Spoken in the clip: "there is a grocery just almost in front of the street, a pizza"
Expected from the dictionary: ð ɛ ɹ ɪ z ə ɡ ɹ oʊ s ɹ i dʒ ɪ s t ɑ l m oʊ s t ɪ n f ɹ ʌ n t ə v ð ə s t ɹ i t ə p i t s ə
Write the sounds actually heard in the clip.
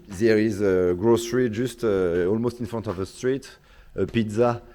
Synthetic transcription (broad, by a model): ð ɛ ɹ ɪ z ə ɡ ɹ oʊ s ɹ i ʒ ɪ s t ɑ l m oʊ s t ɪ n f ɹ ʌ n t ə v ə s t ɹ i t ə p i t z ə